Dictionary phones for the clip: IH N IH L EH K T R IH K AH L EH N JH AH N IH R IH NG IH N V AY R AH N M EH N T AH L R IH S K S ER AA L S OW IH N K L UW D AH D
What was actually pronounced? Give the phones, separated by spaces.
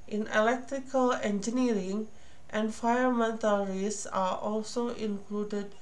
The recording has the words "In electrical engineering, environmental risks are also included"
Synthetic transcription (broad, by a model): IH N IH L EH K T R IH K AH L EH N JH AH N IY R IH NG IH N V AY AH M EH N T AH L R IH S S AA AA L S OW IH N K L UW D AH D